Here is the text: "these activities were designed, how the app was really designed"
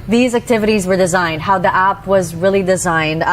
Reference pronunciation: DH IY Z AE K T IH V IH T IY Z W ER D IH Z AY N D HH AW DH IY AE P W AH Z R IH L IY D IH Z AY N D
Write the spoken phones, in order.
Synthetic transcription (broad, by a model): DH IY Z AE K T IH V IH T IY Z W ER D IH Z AY N D HH AW DH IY AE P W AH Z R IH L IY D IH Z AY N D